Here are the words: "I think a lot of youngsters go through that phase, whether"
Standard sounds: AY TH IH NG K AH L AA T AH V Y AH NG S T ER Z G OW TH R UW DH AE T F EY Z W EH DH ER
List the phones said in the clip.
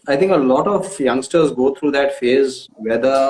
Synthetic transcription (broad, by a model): AY T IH NG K AH L AA T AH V Y AH NG S T ER Z G OW T R UW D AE T F EY Z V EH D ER